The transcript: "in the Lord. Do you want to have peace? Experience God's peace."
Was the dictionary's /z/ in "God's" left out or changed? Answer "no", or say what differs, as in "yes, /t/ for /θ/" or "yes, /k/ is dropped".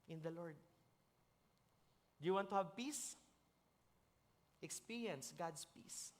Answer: yes, /s/ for /z/